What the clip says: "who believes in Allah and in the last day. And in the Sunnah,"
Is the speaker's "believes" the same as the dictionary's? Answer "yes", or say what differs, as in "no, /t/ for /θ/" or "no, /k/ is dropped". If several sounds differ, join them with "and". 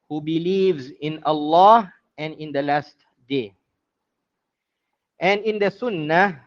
yes